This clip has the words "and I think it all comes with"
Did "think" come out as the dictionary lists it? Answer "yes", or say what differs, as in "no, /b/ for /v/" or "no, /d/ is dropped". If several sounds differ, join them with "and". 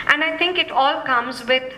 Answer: no, /t/ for /θ/